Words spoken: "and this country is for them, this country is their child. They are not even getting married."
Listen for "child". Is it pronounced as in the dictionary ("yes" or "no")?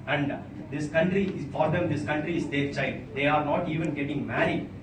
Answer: no